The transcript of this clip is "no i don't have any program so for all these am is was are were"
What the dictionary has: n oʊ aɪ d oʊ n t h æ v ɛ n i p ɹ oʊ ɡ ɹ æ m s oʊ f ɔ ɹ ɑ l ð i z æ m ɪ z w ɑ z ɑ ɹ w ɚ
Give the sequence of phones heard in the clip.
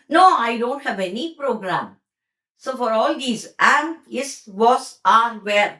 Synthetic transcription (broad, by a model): n oʊ aɪ d oʊ n t h æ v ɛ n i p ɹ oʊ ɡ ɹ æ m s oʊ f ɔ ɹ ɑ l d i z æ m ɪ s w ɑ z ɑ ɹ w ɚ